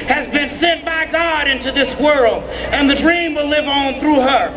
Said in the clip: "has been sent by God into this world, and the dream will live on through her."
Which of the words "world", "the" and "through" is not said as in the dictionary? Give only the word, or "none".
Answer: none